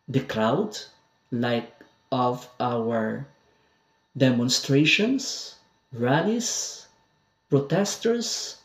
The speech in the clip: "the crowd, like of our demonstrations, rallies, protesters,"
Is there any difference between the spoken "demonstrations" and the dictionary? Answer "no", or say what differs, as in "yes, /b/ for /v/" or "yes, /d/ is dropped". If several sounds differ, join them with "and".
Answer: yes, /s/ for /z/